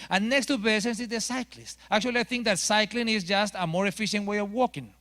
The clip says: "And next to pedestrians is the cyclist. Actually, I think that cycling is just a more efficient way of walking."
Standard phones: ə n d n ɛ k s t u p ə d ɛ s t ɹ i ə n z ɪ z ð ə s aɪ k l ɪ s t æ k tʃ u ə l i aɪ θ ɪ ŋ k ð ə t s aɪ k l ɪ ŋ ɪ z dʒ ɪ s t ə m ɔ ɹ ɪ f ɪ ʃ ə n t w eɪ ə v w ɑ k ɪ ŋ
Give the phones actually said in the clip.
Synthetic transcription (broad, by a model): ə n n ɛ k s t u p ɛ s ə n s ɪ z ð ə s aɪ k l ɪ s t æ k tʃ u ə l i aɪ θ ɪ ŋ k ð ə t s aɪ k l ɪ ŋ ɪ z dʒ ɪ s t ə m ɔ ɹ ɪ f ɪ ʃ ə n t w eɪ ə v w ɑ k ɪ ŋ